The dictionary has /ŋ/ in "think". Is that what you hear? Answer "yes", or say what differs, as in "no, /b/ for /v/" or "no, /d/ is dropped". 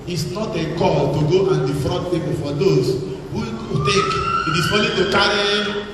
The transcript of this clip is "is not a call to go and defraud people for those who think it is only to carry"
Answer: no, /ŋ/ is dropped